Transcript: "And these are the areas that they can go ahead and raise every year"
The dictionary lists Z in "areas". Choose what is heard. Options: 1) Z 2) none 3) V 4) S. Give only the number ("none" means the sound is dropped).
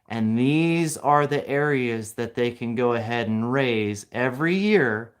1